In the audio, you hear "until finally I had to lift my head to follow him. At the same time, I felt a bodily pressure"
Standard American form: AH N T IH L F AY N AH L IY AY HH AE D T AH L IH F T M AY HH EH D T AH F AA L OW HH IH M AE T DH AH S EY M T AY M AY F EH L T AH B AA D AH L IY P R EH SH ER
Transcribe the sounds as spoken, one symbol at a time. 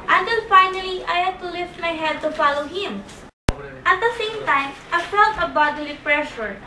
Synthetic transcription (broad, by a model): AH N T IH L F AY N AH L IY AY HH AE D T AH L IH F T M AY HH EH D T AH F AA L OW HH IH M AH T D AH S EY M T AY M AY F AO T AH B AA D AH L IY P R EH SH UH